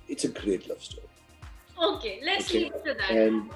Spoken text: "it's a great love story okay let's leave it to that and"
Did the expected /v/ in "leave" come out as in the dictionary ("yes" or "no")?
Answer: no